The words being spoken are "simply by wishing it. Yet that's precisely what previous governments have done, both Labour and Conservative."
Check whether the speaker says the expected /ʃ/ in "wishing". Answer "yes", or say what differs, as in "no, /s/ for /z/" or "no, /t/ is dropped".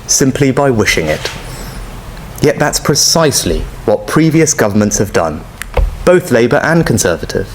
yes